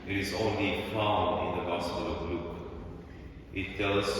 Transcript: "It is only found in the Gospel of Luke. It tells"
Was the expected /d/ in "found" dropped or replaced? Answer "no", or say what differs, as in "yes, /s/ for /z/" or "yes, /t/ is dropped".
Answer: yes, /d/ is dropped